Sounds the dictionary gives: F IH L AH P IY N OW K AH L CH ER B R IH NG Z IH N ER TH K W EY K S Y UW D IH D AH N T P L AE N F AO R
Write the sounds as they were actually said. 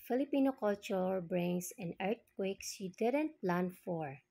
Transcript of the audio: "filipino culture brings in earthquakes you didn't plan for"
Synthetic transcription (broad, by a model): F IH L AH P IY N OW K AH L CH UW B R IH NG S IH N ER T K W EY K S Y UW D IH D AH N T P L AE N F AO R